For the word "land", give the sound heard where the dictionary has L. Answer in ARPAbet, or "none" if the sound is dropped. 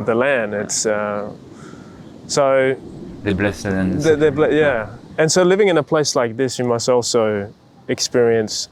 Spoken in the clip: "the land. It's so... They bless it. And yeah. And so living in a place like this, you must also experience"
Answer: L